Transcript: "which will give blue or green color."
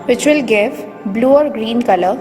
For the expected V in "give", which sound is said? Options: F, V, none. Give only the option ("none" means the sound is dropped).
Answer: F